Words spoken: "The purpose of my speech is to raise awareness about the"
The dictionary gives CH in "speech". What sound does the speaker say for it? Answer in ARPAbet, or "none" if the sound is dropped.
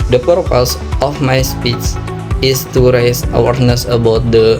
S